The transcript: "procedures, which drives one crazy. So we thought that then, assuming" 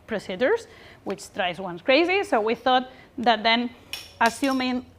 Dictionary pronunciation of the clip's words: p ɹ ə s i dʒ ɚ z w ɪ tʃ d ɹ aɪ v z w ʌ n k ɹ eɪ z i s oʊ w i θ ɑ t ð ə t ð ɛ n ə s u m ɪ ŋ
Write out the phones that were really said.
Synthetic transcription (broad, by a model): p ɹ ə s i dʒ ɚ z w ɪ tʃ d ɹ aɪ z w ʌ n k ɹ eɪ z i s oʊ w i θ ɑ t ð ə t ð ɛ n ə s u m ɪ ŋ